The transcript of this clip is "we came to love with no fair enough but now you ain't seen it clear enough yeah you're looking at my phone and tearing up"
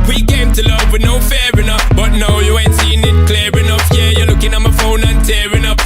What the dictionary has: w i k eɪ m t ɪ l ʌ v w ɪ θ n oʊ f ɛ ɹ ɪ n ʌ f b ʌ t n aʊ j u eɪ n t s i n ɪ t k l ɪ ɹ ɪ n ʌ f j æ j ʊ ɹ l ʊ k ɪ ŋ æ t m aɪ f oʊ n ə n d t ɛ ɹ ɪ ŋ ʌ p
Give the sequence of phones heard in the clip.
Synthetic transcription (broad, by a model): w i k eɪ m t ɪ l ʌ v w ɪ n oʊ f ɛ ɹ ɪ n ʌ f b ʌ t n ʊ j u eɪ n t s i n ɪ t k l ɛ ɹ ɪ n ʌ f j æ j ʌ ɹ l ʊ k ɪ ŋ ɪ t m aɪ f oʊ n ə n t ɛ ɹ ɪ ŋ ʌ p